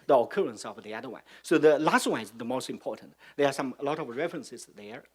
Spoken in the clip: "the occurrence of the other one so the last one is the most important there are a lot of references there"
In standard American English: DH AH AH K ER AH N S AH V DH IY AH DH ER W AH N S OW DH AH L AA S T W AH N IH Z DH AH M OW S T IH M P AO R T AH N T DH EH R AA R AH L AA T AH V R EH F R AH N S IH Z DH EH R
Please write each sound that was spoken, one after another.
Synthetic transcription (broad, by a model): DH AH AH K ER AH N S AH V DH IY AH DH ER W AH N S OW DH AH L AA S T W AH N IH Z DH AH M OW S T IH M P AO R T AH N T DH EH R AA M AH L AA T AH V R EH F R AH N S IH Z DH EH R